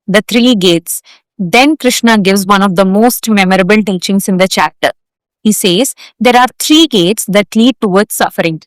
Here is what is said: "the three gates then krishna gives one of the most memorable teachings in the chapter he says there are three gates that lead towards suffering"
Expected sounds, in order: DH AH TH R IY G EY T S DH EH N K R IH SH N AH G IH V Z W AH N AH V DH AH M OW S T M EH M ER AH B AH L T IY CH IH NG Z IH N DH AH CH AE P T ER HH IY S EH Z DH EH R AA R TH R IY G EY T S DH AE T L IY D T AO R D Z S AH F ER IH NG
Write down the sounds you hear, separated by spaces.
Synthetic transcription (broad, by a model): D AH T R IY G EY T S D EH N K R IH SH N AH G IH V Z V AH N AH V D AH M OW S T M EH M ER AH B AH L T IY CH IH NG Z IH N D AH CH AE P T ER HH IY S EH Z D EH R AA R T R IY G EY T S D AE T L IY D T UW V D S S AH F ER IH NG